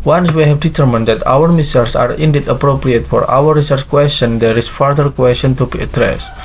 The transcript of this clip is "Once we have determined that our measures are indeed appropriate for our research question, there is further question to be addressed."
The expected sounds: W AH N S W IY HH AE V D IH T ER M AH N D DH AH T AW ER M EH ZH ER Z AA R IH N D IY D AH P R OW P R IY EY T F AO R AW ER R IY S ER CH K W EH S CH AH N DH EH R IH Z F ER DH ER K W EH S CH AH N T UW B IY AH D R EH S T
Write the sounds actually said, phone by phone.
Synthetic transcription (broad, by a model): W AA N S W IY HH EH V D IH T ER M AH N D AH T AW ER M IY S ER S AA R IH N D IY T AH P R OW P R IY EY T F AO R AW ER R IY S ER CH K W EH S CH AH N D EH R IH S F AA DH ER K W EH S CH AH N T UW B IY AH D R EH S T